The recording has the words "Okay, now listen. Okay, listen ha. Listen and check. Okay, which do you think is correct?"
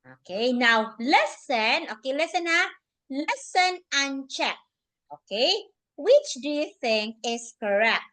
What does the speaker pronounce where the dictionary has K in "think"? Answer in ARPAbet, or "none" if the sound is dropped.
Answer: K